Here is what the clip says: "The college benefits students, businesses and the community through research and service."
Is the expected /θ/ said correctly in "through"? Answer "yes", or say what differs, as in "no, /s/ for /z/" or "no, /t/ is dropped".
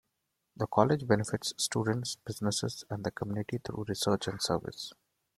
no, /t/ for /θ/